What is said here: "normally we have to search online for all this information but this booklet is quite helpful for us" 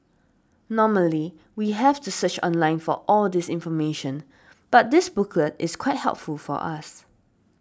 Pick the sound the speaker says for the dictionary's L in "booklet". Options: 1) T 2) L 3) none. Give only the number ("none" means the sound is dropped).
2